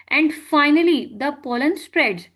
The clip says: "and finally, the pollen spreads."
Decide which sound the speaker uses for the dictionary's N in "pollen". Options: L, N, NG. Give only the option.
N